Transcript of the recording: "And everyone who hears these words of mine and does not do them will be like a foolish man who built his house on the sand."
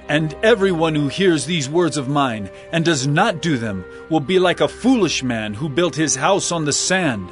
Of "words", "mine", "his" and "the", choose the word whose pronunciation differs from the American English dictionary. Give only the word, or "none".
none